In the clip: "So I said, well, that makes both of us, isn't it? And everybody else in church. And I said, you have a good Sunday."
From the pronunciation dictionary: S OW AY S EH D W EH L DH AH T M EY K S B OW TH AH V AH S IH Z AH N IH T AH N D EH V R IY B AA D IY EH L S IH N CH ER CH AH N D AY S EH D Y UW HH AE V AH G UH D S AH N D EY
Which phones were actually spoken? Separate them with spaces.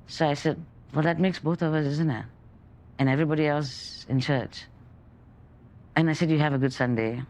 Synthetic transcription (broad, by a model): S OW AY S EH D W EH L DH AH T M EY K S B OW TH AH V AH S IH Z AH N IH T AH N EH V R IY B AA D IY EH L S IH N CH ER CH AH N AY S EH D Y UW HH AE V AH G UH D S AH N D EY